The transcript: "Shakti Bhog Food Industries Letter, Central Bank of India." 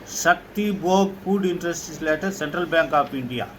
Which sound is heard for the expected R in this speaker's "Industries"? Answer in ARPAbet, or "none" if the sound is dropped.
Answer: none